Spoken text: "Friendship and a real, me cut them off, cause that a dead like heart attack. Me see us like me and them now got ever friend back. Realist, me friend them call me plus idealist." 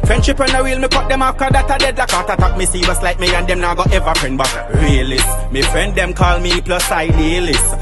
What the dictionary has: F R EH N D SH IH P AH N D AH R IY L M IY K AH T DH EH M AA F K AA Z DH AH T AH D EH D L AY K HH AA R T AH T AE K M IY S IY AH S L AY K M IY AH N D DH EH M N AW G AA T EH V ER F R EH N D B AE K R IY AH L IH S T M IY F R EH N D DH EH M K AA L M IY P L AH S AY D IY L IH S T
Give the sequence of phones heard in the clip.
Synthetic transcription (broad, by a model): F R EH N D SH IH P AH N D AH W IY L M IY K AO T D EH M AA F K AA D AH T AH D EH D L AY K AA T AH T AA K M IY S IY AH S L AY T M IY AH N D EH M N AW G AA T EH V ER F R EH N D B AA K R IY L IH S M IY F R EH N D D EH M K AA L M IY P L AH S AY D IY L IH S